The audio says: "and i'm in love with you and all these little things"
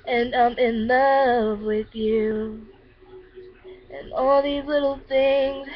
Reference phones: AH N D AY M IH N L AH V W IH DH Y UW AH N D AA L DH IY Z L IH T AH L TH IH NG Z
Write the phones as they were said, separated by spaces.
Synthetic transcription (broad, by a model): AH N AY M IH N L AH V W IH DH Y UW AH N AA L DH IY Z L IH T L TH IH NG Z